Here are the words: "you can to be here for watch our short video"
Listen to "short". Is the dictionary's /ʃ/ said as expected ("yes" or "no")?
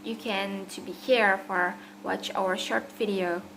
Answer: yes